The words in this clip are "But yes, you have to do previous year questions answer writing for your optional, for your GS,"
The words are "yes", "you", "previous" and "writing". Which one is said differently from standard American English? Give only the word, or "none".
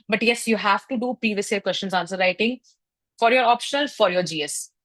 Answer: previous